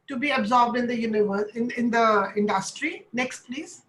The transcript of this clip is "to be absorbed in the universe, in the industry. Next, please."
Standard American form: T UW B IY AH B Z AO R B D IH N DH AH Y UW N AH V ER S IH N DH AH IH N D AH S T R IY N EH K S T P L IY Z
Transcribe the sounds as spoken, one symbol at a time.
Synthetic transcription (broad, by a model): T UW B IY AH B Z AO R B D IH N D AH Y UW N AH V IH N IH N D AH IH N D AH S T R IY N EH K S T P L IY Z